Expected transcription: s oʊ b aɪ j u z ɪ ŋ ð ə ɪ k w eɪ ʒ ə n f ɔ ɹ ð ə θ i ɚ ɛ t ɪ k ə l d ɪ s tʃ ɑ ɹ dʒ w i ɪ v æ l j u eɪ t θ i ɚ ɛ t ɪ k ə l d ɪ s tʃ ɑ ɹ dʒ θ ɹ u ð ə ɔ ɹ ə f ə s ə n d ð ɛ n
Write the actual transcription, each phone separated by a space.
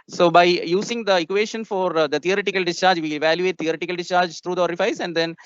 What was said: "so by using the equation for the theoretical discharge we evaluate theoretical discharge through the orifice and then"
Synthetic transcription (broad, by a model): s oʊ b aɪ j u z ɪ ŋ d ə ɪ k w eɪ ʃ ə n f ɔ ɹ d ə t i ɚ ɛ t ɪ k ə l d ɪ s tʃ ɑ ɹ dʒ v i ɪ v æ l j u eɪ t t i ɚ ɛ t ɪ k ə l d ɪ s tʃ ɑ ɹ dʒ t ɹ u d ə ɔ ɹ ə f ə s ə n d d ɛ n